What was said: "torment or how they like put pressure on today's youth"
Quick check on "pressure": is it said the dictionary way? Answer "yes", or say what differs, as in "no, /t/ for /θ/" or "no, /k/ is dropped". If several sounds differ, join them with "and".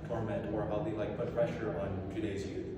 no, /f/ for /p/